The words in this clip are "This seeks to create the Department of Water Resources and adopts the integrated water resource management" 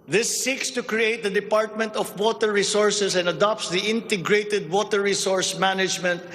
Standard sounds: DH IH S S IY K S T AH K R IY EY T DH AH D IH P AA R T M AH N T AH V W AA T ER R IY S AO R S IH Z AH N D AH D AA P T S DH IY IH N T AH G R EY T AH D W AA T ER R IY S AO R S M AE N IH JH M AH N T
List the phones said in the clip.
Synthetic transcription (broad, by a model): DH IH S S IY K S T AH K R IY EY T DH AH D IH P AA R T M AH N T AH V W AA T ER R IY S AO R S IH S AH N D AH D AA P T S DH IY IH N T AH G R EY T AH D W AA T ER R IY S AO R S M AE N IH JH M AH N T